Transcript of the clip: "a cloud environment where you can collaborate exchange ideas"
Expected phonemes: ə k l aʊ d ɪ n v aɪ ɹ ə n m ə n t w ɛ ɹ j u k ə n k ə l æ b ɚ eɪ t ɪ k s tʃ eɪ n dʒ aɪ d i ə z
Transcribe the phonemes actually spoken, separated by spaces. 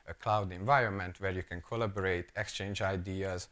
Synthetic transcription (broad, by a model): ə k l aʊ d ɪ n v aɪ ɹ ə n m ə n t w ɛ ɹ j u k ə n k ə l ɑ b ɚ eɪ t ɪ k s tʃ eɪ n dʒ aɪ d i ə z